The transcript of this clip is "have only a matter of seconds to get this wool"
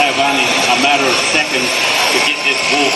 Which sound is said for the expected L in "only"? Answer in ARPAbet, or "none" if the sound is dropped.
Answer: none